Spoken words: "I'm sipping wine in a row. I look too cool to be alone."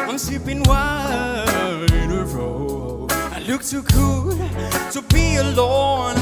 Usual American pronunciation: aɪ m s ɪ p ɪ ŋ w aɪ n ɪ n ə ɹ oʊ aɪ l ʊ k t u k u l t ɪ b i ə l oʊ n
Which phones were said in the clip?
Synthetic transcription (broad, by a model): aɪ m s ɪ p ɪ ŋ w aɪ ɪ n ə ɹ oʊ aɪ l ʊ k t u k u l t ɪ b i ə l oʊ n